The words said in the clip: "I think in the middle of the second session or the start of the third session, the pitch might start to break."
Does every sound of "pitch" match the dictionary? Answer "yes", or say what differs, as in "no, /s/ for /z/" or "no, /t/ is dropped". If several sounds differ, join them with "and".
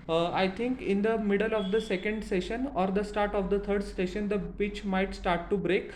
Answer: no, /b/ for /p/